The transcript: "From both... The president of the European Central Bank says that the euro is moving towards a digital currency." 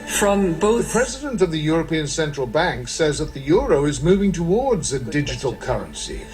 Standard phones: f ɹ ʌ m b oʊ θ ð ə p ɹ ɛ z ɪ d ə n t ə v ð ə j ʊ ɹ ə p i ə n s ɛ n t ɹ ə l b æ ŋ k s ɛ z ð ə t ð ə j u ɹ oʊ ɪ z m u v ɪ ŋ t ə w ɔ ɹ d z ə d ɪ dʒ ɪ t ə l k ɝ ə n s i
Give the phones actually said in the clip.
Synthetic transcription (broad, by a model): f ɹ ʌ m b oʊ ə p ɹ ɛ z ɪ d ə n t ə v ð ə j ʊ ɹ ə p i ə n s ɛ n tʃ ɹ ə l b æ ŋ k s ɛ z ð ə t ð ə j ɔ ɹ oʊ ɪ z m u v ɪ ŋ t ə w ɔ ɹ d z ə d ɪ dʒ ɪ t l k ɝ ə n s i